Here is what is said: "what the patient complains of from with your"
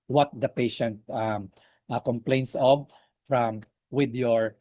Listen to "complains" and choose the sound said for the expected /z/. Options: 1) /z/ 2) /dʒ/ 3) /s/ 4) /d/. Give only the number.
3